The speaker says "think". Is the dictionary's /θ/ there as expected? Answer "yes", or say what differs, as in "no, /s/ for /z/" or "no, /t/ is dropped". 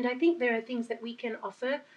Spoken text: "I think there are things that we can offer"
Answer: yes